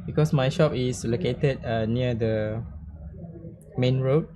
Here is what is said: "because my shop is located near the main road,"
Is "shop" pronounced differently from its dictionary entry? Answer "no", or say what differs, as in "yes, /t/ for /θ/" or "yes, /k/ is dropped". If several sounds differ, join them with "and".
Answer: no